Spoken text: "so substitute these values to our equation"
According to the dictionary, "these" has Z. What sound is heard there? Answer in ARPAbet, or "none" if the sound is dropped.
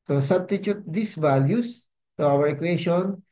S